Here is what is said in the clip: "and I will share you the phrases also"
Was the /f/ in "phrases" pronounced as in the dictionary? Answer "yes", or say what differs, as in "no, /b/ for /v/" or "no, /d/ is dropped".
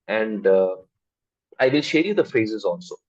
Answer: yes